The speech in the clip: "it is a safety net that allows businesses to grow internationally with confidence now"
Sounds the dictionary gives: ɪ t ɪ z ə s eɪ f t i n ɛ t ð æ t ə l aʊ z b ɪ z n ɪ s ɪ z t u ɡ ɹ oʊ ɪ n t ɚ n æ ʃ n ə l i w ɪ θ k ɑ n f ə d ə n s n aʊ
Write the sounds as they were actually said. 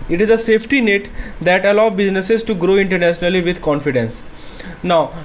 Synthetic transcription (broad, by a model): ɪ t ɪ z ə s eɪ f t i n ɛ t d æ t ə l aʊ b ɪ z n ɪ s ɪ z t u ɡ ɹ oʊ ɪ n t ɚ n æ ʃ n ə l i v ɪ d k ɑ n f ə d ə n s n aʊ